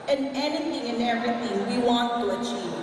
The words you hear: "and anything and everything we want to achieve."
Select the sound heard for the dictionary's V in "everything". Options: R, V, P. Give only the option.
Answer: V